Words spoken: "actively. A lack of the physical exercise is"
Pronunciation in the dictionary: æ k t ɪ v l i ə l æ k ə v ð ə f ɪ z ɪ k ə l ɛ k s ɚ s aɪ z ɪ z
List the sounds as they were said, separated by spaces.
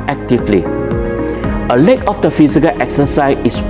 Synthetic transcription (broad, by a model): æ k t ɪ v l i ə l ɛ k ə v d ə f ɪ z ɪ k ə l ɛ k s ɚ s aɪ ɪ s